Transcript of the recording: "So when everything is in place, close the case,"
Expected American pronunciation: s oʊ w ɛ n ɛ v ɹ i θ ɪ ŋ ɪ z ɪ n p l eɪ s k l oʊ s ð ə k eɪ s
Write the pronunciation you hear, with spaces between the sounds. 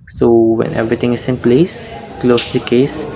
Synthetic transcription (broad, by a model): s oʊ w ɛ n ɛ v ɹ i t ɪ ŋ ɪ s ɪ n p l eɪ s k l oʊ s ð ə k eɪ s